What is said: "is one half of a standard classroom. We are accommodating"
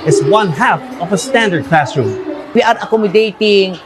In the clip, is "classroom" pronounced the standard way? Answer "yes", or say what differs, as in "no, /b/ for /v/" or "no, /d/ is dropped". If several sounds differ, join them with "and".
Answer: yes